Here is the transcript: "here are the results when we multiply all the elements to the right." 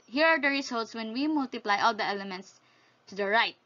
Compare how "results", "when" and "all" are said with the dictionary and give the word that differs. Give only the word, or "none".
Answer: results